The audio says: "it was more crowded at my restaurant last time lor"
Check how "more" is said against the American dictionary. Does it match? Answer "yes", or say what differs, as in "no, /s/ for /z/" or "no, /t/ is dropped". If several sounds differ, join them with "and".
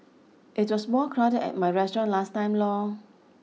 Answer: no, /l/ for /ɹ/